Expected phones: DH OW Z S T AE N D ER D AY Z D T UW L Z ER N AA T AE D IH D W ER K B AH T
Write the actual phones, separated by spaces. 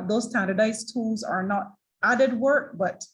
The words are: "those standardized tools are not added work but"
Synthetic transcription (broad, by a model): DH OW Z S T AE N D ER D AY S T UW L Z ER N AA T AE D IH D W ER K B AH T